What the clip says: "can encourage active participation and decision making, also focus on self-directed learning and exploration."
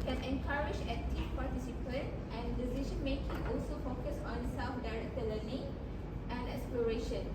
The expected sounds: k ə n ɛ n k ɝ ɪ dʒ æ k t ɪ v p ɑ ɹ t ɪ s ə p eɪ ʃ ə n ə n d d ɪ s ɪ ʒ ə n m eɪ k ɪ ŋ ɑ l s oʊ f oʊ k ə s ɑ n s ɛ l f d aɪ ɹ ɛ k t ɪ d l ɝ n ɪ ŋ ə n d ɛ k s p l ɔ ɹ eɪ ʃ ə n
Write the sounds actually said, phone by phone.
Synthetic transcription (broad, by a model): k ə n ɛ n k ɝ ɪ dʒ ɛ t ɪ p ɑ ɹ t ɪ s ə p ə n ə n d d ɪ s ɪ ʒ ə n m eɪ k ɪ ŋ ɑ l s oʊ f oʊ k ə s ɑ n s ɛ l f d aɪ ɹ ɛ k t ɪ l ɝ n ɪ ŋ ə n d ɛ k s p l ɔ ɹ eɪ ʃ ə n